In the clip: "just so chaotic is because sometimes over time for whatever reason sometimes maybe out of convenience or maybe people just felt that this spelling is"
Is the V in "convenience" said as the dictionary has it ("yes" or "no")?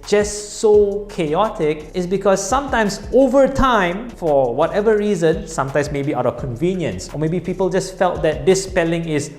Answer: yes